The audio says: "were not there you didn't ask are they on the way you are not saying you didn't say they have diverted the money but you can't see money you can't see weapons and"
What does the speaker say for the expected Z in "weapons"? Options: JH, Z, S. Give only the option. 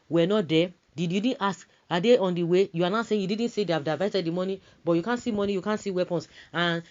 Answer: S